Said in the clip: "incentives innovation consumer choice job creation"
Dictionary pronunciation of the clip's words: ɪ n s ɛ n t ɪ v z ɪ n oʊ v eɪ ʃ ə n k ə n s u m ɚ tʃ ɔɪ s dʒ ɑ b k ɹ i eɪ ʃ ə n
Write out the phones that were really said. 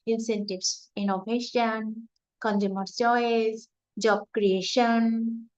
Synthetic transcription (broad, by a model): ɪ n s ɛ n t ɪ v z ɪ n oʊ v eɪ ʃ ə n k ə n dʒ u m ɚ s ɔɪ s dʒ ɑ b k ɹ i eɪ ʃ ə n